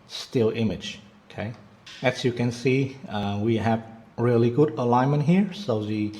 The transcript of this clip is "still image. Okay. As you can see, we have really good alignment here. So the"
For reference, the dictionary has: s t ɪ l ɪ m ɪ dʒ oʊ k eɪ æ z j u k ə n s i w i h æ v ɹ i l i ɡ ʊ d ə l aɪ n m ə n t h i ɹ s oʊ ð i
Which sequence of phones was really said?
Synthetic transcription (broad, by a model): s t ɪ l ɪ m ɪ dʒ oʊ k eɪ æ s j u k ə n s i w i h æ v ɹ i l i ɡ ʊ d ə l aɪ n m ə n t h i ɹ s oʊ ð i